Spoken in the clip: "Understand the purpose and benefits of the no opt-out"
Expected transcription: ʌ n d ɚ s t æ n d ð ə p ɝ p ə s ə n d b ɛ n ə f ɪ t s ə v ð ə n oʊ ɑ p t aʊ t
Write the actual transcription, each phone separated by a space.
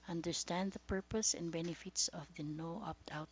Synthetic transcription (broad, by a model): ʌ n d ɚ s t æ n d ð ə p ɝ p ə s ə n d b ɛ n ə f ɪ t s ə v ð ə n oʊ ɑ p t aʊ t